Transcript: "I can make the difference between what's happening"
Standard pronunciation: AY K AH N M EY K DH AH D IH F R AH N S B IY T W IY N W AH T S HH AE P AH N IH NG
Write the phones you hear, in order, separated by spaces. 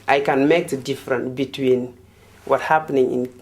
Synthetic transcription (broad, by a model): AY K AH N M EY K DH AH D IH F R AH N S B IY T W IY N W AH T HH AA P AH N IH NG